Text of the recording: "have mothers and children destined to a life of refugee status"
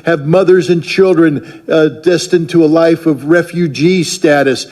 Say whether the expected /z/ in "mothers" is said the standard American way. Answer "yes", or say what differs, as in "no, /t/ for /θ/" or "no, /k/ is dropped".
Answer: yes